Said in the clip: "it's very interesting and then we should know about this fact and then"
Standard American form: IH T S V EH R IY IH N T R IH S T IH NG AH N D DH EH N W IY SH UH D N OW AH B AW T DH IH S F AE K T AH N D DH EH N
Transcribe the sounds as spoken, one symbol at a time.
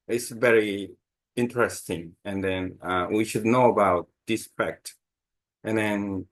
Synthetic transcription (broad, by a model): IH T S V EH R IY IH N T R IH S T IH NG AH N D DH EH N W IY SH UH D N OW AH B AW T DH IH S F AE K T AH N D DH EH N